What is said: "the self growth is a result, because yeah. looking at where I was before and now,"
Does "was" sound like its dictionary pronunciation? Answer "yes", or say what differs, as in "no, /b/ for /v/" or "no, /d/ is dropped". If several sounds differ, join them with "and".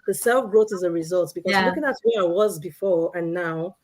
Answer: yes